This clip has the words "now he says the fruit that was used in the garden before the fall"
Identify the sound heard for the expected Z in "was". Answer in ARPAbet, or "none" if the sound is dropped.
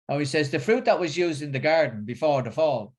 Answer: Z